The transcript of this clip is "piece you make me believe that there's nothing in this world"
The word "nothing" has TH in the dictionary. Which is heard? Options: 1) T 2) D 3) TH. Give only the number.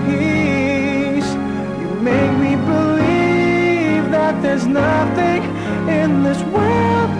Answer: 3